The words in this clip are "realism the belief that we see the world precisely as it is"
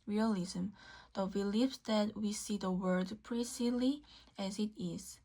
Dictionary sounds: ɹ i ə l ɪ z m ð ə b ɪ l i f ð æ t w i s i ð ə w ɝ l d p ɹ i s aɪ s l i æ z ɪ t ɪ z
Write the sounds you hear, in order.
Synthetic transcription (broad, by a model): ɹ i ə l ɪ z m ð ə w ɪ l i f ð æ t w i s i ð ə w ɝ d p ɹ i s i l i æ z ɪ t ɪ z